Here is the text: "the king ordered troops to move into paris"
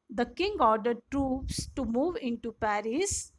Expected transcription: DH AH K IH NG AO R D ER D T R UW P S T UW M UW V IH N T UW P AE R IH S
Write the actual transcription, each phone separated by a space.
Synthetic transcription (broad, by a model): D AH K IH NG AO R D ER D T R UW P S T UW M UW V IH N T UW P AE R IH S